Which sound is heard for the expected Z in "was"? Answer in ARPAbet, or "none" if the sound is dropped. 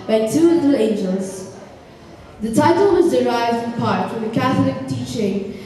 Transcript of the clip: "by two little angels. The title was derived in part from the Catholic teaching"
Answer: Z